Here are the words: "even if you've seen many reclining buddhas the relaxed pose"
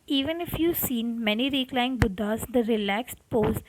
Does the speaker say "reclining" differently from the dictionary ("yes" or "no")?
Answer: yes